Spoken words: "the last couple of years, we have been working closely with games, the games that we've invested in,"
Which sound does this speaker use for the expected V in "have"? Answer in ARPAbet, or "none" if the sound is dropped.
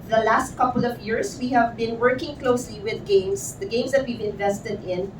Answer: V